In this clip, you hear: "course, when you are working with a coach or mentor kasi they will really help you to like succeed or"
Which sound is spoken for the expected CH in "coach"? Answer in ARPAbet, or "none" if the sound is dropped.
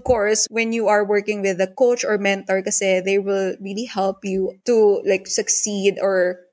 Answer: CH